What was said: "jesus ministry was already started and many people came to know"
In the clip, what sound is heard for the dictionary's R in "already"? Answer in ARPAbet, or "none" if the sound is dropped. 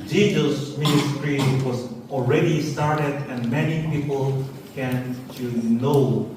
R